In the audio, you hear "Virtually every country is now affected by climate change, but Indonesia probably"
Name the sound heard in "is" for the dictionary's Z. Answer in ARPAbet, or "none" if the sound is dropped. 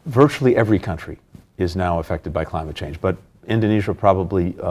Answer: Z